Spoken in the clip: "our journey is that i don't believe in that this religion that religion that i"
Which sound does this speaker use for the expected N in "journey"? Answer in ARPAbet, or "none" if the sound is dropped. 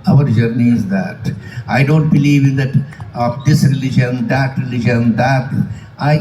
N